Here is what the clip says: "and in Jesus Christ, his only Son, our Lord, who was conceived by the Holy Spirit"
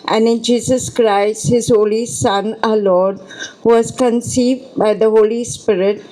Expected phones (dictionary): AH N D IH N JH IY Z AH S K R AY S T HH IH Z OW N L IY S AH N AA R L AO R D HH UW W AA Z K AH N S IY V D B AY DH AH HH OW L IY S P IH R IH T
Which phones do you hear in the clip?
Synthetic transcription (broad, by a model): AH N D IH N JH IY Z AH S K R AY S T HH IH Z OW L IY S AH N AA L AO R D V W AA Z K AH N S IY V D B AY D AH HH OW L IY S P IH R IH T